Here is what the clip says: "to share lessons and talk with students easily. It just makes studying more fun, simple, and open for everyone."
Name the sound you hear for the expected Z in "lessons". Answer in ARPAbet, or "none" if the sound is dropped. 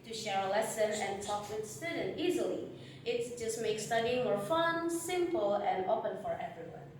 none